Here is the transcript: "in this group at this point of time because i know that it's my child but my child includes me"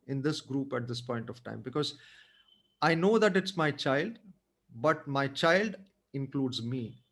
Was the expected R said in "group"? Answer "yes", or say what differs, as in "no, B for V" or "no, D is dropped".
yes